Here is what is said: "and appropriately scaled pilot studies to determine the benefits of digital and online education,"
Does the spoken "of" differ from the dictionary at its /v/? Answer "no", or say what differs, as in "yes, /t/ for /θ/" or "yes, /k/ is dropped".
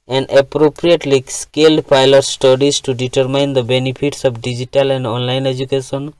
yes, /p/ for /v/